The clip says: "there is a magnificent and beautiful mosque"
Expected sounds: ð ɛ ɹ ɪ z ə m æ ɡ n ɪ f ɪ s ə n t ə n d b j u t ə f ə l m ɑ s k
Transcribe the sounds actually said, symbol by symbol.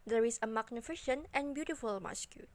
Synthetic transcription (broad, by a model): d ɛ ɹ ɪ s ə m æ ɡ n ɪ f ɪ ʃ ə n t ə n b j u t ə f ə l m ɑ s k